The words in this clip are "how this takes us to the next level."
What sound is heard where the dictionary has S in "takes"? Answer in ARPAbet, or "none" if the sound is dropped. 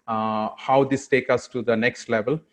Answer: none